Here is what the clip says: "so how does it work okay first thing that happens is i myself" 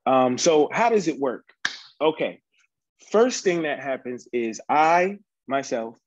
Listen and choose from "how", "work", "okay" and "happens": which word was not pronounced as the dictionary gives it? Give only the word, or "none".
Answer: none